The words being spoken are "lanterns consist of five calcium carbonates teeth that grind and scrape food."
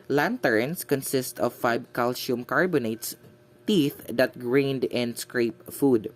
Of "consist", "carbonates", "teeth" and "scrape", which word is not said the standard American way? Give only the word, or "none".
none